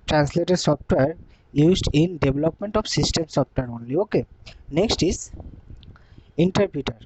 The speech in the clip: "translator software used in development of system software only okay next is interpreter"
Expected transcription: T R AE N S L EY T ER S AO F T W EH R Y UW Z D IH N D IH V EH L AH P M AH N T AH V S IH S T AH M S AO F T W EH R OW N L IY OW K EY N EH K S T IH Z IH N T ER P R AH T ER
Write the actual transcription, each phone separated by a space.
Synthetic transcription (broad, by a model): T R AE N S L EY T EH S AO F T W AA R Y UW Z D IH N D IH B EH L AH P M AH N T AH F S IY S T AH M S AO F T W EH R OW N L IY OW K EY N EH K S T IH Z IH N T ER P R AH T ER